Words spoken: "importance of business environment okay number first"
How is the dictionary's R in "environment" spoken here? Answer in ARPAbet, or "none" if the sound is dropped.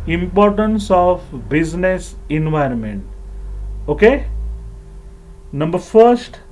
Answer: R